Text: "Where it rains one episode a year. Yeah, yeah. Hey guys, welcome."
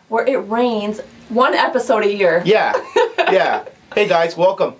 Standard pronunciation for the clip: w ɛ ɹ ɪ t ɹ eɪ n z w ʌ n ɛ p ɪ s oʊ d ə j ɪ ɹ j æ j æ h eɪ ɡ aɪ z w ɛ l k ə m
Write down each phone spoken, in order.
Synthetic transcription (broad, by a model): w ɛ ɹ ɪ t ɹ eɪ n z w ʌ n ɛ p ɪ s oʊ d ə j ɪ ɹ j æ j æ h eɪ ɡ aɪ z w ɛ l k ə m